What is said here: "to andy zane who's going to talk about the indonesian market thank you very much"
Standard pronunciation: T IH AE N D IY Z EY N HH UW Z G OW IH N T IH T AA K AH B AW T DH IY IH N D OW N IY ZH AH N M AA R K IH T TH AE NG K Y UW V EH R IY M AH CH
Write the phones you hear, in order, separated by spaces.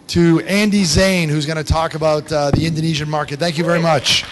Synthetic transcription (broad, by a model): T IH AE N D IY Z EY N HH UW Z G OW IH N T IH T AA K AH B AW T DH IY IH N D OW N IY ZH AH N M AA R K IH T TH AE NG K Y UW V EH R IY M AH CH